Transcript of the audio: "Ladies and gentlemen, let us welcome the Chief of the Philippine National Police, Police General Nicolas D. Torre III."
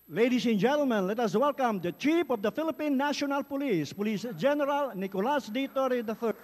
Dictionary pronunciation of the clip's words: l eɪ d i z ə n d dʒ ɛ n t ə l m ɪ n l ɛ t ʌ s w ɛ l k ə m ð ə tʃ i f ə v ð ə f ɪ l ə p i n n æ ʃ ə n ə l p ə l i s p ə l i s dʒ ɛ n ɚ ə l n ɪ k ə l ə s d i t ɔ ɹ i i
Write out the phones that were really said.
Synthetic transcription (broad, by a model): l eɪ d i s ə n dʒ ɛ n t ə l m ɪ n l ɛ t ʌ s w ɛ l k ə m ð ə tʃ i p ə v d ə f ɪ l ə p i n n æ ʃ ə n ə l p ə l i s p ə l i s dʒ ɛ n ɚ ə l n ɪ k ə l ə s d i t ɔ ɹ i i